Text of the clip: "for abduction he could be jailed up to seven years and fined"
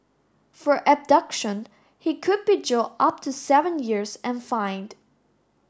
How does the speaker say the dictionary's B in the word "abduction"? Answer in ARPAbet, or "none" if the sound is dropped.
B